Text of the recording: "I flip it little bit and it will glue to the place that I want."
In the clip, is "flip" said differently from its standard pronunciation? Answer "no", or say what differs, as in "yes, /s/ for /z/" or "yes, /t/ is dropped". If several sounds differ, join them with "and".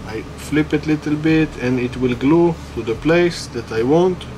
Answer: no